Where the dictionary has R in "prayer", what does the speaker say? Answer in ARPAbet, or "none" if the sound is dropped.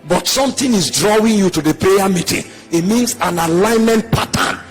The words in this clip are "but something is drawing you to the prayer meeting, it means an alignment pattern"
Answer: none